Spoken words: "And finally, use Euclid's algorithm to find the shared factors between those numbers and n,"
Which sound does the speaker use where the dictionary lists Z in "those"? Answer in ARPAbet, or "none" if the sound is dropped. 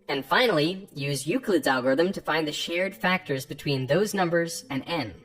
Z